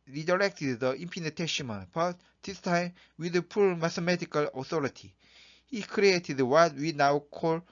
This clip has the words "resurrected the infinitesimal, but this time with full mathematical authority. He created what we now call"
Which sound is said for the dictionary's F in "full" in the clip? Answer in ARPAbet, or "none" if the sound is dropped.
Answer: P